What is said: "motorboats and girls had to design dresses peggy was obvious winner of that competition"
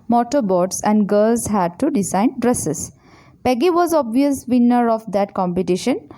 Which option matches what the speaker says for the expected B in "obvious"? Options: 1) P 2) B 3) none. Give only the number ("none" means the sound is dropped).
2